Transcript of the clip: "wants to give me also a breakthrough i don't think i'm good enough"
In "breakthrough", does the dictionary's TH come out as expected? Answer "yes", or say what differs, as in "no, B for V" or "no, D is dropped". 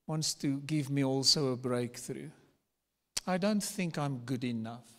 yes